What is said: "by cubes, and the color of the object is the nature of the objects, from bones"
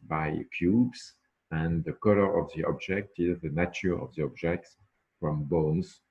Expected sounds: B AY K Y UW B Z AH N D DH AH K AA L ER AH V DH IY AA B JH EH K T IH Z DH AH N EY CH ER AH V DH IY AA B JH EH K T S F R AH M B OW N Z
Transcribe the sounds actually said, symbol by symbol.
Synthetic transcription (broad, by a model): B AY K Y UW B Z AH N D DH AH K AA L ER AH V DH IY AA B JH EH K T IH Z DH AH N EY CH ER AH V DH IY AA B JH EH K T S F R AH M B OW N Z